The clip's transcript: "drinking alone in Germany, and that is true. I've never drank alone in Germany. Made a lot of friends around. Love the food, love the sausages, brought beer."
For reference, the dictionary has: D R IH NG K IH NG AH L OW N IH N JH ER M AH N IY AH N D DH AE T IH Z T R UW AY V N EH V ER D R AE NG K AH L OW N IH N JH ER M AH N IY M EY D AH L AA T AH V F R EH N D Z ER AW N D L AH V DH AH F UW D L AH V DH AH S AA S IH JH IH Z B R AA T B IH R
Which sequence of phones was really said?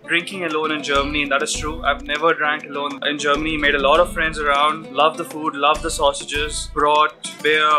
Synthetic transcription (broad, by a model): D R IH NG K IH NG AH L OW N IH N JH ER M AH N IY AH N D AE T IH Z T R UW AY V N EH V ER D R AE NG K AH L OW N IH N JH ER M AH N IY M EY D AH L AA T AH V F R EH N D Z ER AW N D L AH V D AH F UW D L AH V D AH S AA S IH JH IH Z B R AA T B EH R